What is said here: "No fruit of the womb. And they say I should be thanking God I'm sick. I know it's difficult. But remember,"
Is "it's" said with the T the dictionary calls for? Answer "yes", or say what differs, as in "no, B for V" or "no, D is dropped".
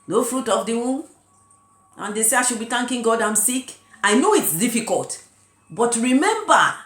yes